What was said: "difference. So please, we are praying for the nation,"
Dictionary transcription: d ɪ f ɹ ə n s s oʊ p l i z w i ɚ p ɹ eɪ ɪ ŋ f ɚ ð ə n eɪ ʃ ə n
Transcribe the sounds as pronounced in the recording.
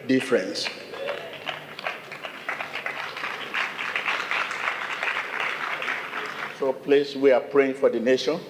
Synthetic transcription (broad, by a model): d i f ɹ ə n s s oʊ p l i s w i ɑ p ɹ eɪ ɪ ŋ f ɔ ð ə n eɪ ʃ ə n